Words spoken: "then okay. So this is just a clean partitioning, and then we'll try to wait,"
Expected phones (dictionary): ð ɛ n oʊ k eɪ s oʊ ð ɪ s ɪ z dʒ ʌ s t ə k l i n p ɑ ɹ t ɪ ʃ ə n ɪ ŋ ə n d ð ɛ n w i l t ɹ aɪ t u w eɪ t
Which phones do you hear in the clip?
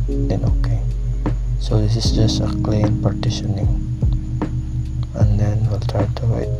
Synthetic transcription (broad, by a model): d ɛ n oʊ k eɪ s oʊ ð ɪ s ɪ s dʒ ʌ s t ə k l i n p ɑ ɹ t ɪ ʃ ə n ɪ ŋ ə n d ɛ n w i l t ɹ aɪ t u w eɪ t